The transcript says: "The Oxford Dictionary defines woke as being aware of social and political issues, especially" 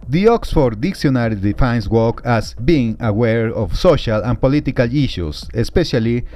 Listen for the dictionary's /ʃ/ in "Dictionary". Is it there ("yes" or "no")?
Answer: no